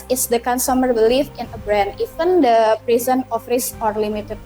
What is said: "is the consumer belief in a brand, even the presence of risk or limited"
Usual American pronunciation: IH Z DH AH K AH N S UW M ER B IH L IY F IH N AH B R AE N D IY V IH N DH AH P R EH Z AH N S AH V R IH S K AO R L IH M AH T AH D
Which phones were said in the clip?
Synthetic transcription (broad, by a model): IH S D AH K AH N S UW M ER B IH L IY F IH N AH B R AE N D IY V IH N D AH P R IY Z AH N AH F R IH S AO R L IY M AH T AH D